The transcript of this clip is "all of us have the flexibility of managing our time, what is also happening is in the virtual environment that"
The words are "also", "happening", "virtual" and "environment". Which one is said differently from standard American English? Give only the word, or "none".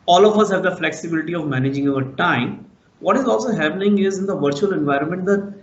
none